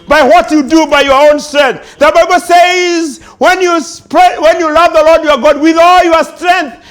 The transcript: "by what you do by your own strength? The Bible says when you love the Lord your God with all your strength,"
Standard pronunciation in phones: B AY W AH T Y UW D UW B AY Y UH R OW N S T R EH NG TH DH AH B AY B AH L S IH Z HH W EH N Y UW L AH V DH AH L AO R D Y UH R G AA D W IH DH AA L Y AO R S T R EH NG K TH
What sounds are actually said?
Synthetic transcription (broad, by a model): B AY W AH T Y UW D UW B AY Y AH R OW N S T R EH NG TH DH AH B AY B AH L S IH Z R W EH N Y UW L AH V DH AH L AO R D Y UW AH G AA D W IH DH AA L Y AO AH S T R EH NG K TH